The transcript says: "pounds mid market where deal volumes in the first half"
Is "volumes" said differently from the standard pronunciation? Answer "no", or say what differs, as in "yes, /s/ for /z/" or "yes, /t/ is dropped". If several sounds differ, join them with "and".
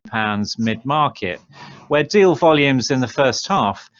no